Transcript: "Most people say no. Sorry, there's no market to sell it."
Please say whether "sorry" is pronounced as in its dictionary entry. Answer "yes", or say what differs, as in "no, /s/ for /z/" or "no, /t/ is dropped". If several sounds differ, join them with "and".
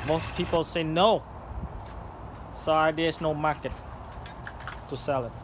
no, /ɹ/ is dropped